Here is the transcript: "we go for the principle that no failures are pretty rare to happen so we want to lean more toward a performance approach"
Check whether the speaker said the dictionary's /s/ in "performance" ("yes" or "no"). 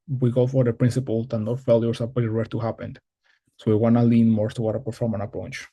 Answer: no